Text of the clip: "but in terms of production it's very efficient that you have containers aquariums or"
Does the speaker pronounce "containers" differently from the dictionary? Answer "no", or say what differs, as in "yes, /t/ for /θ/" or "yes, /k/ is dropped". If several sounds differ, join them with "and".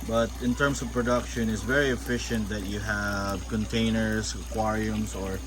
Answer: yes, /s/ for /z/